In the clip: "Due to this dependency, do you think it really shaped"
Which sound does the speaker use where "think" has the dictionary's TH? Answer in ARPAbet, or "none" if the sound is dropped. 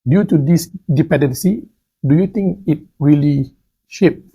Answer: T